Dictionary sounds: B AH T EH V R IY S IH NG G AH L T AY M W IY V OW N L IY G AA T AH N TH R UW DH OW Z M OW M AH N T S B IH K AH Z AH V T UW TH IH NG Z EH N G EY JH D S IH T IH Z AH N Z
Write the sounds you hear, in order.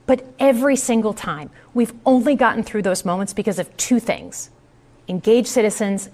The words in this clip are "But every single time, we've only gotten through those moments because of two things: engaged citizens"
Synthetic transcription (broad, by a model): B AH T EH V R IY S IH NG G L T AY M W IY V OW N L IY G AA T N TH R UW DH OW Z M OW M AH N T S B IH K AH Z AH V T UW TH IH NG Z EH N G EY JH S IH T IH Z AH N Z